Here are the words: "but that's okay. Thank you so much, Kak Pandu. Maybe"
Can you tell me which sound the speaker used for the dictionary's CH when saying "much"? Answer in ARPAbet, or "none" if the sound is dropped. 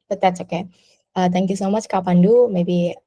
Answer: CH